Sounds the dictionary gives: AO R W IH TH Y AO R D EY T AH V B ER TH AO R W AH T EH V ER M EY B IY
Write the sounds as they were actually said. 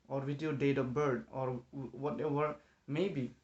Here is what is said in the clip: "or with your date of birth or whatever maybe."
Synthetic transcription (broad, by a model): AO R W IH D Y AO D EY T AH P B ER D AO R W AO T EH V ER M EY B IY